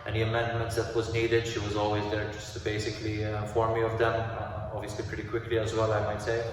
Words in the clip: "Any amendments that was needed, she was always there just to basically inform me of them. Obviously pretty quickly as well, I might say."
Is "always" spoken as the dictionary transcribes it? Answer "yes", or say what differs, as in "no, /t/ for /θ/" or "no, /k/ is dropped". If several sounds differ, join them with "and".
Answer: yes